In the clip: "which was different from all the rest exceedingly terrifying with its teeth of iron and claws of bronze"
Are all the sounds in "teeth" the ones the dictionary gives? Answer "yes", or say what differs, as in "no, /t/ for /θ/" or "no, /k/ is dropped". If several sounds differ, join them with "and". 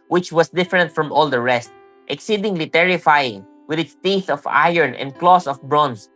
yes